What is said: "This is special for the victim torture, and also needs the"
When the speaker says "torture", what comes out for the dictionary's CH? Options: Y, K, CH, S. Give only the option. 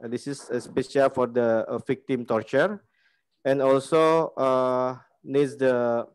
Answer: CH